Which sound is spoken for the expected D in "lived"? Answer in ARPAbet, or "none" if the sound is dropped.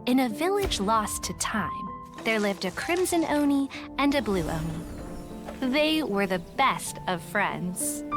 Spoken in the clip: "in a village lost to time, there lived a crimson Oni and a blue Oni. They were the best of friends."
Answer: D